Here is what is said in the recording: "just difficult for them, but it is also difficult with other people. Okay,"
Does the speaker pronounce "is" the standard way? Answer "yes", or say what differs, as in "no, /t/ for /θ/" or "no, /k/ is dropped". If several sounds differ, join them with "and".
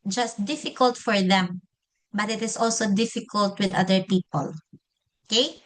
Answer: no, /s/ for /z/